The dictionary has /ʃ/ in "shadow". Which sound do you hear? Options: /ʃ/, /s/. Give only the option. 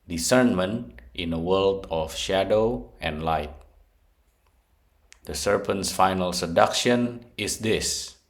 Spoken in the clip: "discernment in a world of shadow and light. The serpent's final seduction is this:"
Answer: /ʃ/